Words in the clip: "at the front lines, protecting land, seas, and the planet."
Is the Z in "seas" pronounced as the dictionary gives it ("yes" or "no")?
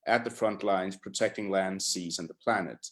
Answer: yes